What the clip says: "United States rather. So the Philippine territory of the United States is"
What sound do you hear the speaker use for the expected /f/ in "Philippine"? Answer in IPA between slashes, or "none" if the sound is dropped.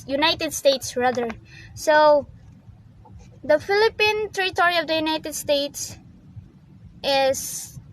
/f/